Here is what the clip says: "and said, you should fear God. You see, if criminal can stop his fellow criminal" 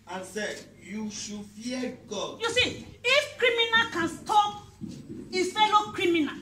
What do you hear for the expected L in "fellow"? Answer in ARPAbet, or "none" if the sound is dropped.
N